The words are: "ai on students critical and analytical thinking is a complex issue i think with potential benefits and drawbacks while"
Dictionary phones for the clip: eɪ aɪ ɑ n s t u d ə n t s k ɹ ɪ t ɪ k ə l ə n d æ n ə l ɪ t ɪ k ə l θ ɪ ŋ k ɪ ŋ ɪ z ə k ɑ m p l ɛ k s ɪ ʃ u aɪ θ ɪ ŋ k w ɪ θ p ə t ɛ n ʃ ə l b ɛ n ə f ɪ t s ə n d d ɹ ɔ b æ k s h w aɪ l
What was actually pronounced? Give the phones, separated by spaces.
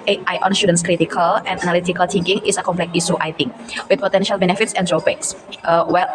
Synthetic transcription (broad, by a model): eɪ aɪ ɑ n s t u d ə n s k ɹ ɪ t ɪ k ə l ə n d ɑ n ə l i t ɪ k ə l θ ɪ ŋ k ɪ ŋ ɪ s ə k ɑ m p l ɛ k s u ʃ aɪ t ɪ ŋ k w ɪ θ p ə t ɛ n ʃ ə l b ɛ n ə f ɪ t s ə n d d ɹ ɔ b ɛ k s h w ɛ l